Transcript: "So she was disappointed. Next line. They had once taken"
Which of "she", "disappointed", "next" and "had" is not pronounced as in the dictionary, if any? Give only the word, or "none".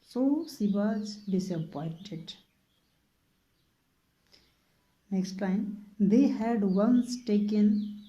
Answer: she